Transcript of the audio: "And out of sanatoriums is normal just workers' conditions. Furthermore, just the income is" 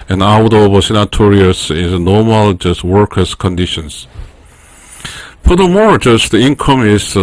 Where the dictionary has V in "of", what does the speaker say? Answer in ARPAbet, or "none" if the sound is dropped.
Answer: W